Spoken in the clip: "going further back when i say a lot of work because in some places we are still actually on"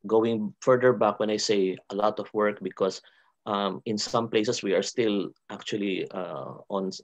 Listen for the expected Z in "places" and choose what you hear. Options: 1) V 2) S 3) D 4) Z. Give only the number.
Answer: 2